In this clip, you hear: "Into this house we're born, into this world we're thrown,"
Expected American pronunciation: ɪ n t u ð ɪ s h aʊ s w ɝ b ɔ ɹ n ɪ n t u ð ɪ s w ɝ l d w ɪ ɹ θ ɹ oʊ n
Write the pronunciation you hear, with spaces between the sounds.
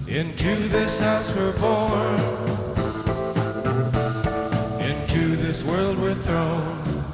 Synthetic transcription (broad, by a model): ɪ n t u ð ɪ s h aʊ s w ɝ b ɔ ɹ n ɪ n t u ð ɪ s w ɝ l d w ɪ ɹ θ ɹ oʊ n